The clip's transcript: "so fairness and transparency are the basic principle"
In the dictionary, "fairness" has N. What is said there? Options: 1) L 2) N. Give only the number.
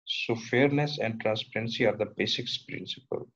2